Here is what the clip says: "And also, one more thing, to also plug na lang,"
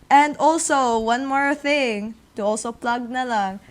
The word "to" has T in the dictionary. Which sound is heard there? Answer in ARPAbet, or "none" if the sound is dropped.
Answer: T